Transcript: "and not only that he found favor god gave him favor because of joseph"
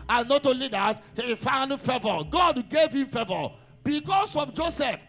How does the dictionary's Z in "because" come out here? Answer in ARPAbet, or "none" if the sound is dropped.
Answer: S